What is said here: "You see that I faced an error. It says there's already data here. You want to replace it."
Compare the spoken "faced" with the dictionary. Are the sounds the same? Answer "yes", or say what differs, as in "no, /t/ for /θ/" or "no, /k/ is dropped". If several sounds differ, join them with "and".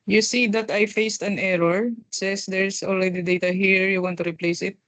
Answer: yes